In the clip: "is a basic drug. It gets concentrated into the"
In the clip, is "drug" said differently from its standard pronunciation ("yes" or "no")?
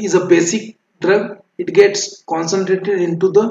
no